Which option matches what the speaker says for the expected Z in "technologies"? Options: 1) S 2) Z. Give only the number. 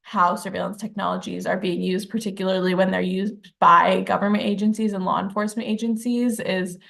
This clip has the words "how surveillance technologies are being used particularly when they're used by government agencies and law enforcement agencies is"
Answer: 2